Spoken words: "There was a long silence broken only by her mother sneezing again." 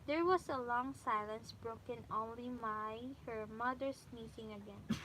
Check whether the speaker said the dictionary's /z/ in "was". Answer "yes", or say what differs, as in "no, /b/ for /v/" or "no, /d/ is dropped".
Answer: no, /s/ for /z/